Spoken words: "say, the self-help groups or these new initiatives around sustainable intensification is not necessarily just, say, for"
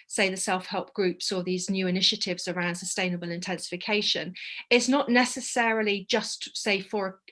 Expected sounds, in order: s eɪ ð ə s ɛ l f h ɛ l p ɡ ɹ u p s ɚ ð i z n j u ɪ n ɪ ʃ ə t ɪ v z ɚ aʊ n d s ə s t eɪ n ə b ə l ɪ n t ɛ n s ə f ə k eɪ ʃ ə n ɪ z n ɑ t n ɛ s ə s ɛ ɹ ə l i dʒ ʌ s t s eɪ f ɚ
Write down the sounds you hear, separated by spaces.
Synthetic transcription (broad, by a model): s eɪ ð ə s ɛ l f h ɛ l p ɡ ɹ u p s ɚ ð i z n j u ɪ n ɪ ʃ ə t ɪ v z ɚ aʊ n d s ə s t eɪ n ə b ə l ɪ n t ɛ n s ə f ə k eɪ ʃ ə n ɪ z n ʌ t n ɛ s ə s ɛ ɹ ə l i dʒ ʌ s t s eɪ f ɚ